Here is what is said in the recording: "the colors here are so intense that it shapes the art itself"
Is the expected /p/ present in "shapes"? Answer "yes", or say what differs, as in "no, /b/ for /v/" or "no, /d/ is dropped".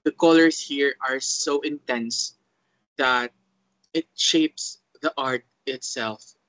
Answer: yes